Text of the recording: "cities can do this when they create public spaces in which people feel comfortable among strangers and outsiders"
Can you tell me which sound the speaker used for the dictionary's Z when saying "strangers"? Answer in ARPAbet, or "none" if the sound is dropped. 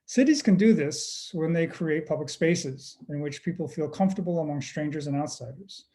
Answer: Z